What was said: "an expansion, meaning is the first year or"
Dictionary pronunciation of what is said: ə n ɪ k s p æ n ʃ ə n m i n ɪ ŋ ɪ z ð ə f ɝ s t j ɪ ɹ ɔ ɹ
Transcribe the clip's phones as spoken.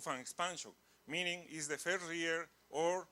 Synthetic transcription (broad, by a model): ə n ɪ k s p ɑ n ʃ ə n m i n ɪ ŋ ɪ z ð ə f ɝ t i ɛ ɹ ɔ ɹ